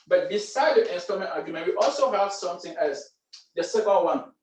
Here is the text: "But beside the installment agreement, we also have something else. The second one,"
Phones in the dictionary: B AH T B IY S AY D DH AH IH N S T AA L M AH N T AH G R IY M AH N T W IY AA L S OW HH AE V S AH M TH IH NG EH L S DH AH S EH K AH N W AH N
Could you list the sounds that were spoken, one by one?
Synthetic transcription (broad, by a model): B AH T B IY S AY D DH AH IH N S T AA M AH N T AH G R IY M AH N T W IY AA L S OW HH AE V S AH M TH IH NG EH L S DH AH S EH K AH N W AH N